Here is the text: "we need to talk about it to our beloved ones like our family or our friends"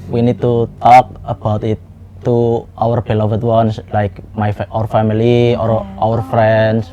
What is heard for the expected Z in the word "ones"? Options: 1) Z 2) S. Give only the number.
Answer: 2